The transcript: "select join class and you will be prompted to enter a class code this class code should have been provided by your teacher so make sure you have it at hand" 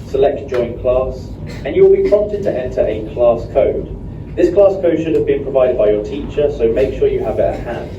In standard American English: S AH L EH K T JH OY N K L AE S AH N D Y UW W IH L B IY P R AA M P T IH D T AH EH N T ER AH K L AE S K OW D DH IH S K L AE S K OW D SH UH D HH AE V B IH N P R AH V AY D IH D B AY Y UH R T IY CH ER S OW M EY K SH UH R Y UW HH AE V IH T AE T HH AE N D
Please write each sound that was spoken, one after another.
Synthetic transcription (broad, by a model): S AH L EH K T JH OY N K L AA S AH N Y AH W IH L B IY P R AA M P T IH D T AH EH N T ER AH K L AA S K OW D DH IH S K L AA S K OW D SH UH D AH V B IH N P R AH V AY D IH D B AY Y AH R T IY CH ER S OW M EY K SH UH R Y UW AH V IH T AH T HH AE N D